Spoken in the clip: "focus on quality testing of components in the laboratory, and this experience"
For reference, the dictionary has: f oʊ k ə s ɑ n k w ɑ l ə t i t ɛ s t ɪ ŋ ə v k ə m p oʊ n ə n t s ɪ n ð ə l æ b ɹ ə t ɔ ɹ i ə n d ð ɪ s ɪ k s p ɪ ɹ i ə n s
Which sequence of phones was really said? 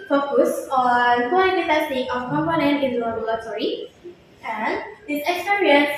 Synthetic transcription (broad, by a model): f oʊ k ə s ɑ n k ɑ ə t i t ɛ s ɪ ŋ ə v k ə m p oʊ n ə n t ɪ n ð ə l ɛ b l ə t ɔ ɹ i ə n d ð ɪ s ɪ k s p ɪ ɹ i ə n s